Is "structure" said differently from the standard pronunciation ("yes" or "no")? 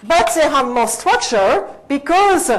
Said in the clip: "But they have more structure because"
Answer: yes